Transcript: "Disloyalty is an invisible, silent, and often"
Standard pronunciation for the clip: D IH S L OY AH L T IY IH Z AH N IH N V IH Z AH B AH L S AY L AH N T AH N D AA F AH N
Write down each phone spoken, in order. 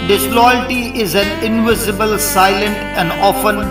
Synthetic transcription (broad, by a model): D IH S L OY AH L T IY IH Z AH N IH N V IH Z AH B AH L S AY L AH N T AH N D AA F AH N